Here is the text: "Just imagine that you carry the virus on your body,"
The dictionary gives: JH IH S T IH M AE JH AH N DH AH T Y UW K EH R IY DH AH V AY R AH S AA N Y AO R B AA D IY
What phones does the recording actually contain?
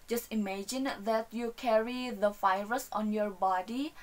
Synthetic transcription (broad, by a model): JH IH S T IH M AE JH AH N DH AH T Y UW K EH R IY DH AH F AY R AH S AA N Y AO R B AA D IY